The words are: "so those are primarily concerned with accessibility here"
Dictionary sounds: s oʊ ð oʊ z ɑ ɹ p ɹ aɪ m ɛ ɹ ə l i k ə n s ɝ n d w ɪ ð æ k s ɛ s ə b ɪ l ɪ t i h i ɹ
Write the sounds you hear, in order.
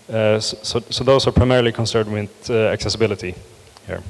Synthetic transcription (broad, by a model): s oʊ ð oʊ s ɑ ɹ p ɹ aɪ m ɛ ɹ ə l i k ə n s ɝ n d w ɪ ð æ k s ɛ s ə b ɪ l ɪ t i h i ɹ